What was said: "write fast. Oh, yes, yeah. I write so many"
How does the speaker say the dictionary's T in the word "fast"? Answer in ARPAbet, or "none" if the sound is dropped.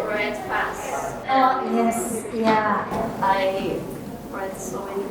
none